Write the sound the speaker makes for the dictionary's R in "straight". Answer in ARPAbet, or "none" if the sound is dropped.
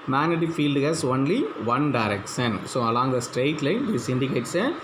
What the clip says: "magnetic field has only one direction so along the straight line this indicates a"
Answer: R